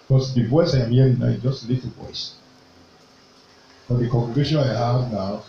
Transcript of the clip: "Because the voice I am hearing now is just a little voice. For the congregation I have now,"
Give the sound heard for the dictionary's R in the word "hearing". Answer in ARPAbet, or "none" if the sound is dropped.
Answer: L